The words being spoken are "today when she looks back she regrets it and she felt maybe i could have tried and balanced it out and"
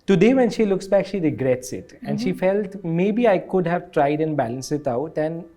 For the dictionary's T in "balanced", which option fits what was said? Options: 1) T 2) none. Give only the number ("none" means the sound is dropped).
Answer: 2